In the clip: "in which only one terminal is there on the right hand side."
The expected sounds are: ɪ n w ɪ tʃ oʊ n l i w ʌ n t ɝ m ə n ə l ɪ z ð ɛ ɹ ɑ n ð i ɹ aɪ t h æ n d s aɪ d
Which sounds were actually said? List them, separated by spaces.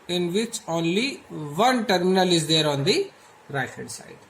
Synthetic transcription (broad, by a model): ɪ n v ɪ tʃ oʊ n l i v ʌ n t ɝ m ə n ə l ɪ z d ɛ ɹ ɑ n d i ɹ aɪ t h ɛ d s aɪ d